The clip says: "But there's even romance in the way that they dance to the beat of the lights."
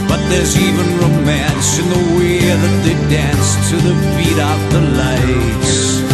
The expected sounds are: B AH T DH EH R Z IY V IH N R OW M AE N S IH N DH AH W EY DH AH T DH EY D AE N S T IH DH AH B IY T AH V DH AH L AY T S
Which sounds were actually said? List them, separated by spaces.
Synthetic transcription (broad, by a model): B AH T DH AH R Z IY V IH N R OW M AE N S IH N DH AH W EY DH AH T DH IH D AE N S T IH DH AH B IY T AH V DH AH L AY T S